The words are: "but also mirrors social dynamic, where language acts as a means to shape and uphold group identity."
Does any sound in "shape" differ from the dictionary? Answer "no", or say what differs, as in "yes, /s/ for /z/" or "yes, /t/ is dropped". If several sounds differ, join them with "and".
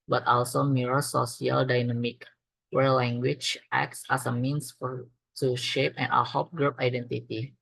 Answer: no